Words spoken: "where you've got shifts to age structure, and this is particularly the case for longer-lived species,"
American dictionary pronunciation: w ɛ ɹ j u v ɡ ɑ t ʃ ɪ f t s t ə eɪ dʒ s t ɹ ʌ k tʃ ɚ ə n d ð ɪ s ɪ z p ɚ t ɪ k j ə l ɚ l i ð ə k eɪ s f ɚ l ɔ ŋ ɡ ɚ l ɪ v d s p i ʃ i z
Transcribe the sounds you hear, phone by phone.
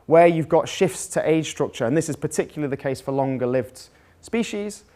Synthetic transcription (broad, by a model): w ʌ j u v ɡ ɑ t ʃ ɪ f t s t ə eɪ dʒ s t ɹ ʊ k tʃ ɚ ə n ð ɪ s ɪ z p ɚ t ɪ k j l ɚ l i ð ə k eɪ s f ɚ l ɔ ŋ ɡ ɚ l ɪ v d s p i ʃ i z